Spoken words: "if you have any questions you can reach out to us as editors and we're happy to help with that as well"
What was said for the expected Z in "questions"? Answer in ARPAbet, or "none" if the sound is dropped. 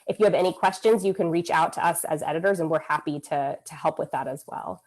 Z